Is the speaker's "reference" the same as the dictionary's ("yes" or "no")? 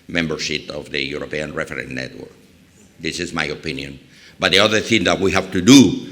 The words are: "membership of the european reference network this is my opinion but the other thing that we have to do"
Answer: no